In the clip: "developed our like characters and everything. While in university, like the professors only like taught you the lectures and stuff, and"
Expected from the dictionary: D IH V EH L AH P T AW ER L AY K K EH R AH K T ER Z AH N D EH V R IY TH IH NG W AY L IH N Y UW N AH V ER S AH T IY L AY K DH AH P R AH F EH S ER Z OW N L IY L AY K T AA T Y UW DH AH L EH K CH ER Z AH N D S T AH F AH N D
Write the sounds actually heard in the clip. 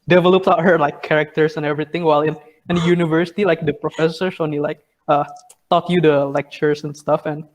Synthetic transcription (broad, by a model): D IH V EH L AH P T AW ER L AY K K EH R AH K T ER S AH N EH V R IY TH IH NG W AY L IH N Y UW N AH V ER S AH T IY L AY K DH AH P R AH F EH S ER S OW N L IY L AY K T AA T Y UW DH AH L EH K CH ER S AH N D S T AH F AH N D